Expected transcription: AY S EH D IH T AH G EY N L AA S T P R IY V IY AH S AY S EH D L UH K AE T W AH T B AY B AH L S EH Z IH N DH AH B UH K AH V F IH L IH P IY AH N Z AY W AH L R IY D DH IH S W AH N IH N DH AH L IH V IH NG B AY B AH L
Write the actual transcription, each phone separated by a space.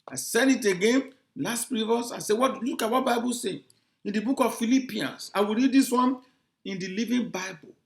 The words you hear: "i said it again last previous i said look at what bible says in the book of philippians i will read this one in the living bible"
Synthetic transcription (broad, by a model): AY S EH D IH T AH G EY N L AA S T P R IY V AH S AY S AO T L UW K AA T W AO T B AY B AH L S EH IH N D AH B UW K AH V F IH L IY P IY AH N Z AY W AH L R IY D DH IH S W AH N IH N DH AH L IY V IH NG B AY B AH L